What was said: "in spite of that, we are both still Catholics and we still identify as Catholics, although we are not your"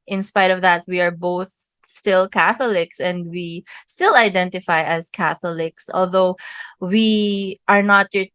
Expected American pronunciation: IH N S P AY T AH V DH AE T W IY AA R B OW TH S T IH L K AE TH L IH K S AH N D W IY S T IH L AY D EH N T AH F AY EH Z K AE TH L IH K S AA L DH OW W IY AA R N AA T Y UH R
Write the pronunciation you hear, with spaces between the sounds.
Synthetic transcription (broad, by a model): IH N S P AY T AH V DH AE T W IY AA R B OW TH S T IH L K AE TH L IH K S AH N D W IY S T IH L AY D EH N T AH F AY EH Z K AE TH L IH K S AA L DH OW W IY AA R N AA T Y